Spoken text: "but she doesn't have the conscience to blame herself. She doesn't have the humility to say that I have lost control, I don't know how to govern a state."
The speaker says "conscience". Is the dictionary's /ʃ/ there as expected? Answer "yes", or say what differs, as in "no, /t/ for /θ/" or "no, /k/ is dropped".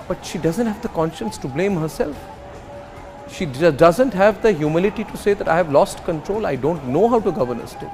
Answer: yes